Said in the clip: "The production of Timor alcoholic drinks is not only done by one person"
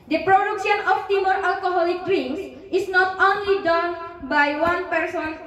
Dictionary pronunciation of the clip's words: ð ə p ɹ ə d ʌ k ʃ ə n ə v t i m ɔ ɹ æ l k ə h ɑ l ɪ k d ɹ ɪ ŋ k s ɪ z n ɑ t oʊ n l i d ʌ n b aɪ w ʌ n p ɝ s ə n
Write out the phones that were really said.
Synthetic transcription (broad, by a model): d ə p ɹ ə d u k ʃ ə n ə f t i m ɔ ɹ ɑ l k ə h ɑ l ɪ k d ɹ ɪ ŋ s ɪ s n ɑ t oʊ n l i d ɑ n b aɪ w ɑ n p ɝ s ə n